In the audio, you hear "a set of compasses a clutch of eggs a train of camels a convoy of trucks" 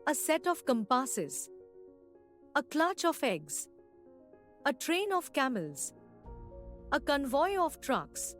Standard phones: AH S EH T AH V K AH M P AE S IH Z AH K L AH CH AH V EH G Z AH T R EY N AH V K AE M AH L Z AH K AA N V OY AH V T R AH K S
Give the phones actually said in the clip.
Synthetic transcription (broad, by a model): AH S EH T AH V K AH M P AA S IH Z AH K L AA CH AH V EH G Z AH T R EY N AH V K AE M AH L Z AH K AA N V OY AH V T R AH K S